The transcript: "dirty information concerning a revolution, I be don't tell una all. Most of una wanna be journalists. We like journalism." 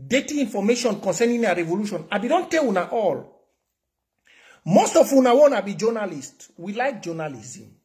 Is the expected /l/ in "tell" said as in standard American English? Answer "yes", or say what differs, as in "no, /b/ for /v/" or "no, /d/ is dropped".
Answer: no, /w/ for /l/